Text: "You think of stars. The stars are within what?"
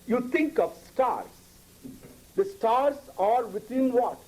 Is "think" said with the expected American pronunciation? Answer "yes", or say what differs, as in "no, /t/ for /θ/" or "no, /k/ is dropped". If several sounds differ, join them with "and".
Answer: no, /t/ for /θ/